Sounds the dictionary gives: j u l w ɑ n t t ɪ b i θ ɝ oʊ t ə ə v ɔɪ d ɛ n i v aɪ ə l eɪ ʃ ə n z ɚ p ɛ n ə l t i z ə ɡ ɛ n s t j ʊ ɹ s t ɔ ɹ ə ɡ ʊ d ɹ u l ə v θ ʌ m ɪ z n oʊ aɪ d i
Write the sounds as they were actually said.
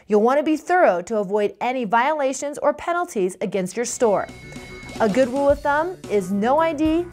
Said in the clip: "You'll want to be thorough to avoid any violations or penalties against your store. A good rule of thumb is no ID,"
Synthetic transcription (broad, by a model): j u l w ɑ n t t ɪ b i θ ɝ oʊ t ə ə v ɔɪ d ɛ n i v aɪ ə l eɪ ʃ ə n z ɚ p ɛ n l t i z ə ɡ ɛ n s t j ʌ ɹ s t ɔ ɹ ə ɡ ʊ d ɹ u l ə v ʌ m ɪ z n oʊ aɪ d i